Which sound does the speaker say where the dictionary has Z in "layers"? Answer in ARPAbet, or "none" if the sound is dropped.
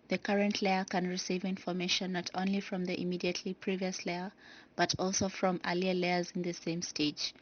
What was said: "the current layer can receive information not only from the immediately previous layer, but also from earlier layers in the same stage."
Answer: Z